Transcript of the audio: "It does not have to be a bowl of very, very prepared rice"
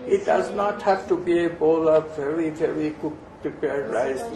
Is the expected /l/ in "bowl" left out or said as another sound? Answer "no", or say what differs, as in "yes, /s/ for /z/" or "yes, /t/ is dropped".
no